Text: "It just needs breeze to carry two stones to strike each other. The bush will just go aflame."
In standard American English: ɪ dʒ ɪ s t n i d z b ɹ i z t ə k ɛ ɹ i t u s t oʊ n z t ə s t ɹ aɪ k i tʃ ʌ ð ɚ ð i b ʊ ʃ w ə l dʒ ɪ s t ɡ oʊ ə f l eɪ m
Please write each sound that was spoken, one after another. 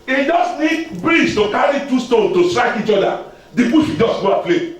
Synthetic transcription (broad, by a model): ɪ dʒ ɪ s n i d b ɹ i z t ə k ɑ ɹ i t u s t oʊ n t ə s t ɹ aɪ k i tʃ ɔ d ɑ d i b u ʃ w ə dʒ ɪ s ɡ oʊ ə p l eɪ